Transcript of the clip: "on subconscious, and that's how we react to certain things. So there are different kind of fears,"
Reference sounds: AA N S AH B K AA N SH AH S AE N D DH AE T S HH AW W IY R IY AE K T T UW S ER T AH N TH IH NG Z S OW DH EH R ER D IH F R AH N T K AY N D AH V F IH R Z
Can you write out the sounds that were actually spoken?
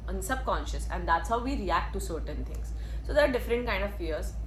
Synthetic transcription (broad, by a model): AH N S AH B K AA N SH AH S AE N D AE T S HH AW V IY R IY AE K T T UW S ER T AH N T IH NG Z S OW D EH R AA D IH F R AH N T K AY N D AH V F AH R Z